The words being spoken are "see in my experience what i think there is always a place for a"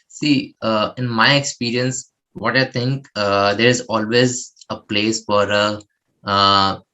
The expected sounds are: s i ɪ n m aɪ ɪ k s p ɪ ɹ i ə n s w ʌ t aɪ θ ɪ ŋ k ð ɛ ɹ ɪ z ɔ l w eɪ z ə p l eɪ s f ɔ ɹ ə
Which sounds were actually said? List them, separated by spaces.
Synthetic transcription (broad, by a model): s i ɪ n m aɪ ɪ k s p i ɹ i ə n s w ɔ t aɪ t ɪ ŋ k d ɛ ɹ ɪ z ɔ l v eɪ z ə p l eɪ s f ɔ ɹ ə